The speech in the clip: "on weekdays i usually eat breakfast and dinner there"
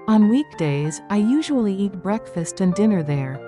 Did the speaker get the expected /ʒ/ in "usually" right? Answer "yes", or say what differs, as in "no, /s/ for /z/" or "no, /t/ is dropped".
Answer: yes